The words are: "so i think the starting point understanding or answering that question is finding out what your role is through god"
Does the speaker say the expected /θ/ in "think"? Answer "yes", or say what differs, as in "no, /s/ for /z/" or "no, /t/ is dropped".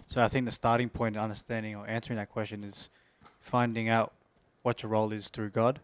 yes